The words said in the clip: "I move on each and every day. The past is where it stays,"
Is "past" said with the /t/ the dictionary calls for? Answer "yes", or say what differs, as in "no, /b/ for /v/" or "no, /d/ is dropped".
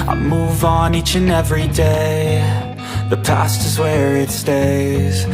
yes